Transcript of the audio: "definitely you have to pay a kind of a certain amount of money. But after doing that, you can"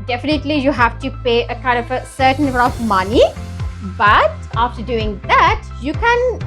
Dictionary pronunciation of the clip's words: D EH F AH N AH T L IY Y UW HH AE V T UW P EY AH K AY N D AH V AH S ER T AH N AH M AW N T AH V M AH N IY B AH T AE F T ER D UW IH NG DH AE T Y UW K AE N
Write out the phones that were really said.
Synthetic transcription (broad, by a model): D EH F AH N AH T L IY Y UW HH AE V T UW P EY AH K AY N D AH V AH S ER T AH N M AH T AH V M AH N IY B AH T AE F T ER D UW IH NG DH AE T Y UW K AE N